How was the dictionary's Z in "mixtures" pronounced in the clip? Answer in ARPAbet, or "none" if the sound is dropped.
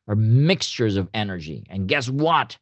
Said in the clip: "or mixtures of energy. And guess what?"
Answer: Z